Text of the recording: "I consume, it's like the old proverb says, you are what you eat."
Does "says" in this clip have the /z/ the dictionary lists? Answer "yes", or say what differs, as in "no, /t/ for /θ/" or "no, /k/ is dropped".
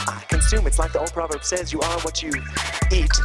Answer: yes